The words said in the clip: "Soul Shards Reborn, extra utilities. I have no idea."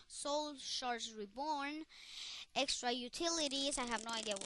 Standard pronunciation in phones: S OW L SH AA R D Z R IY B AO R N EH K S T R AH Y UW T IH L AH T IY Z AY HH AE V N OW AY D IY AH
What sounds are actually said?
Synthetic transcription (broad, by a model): S OW L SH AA R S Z R IY B AO R N EH K S T R AH Y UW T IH L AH T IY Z AY HH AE V N OW AY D IY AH